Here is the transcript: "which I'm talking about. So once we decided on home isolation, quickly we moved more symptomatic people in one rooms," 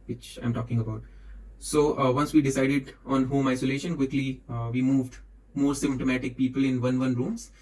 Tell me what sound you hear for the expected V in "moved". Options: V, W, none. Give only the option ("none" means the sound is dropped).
V